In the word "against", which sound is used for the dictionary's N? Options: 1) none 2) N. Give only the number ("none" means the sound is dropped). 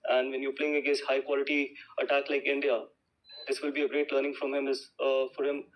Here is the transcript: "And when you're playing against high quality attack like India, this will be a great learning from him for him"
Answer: 1